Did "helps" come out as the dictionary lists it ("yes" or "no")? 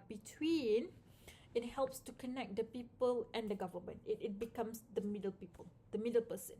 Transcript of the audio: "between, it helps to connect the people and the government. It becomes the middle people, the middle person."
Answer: yes